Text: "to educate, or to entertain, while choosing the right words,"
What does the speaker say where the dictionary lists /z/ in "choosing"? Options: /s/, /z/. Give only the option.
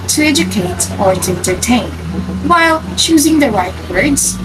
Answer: /z/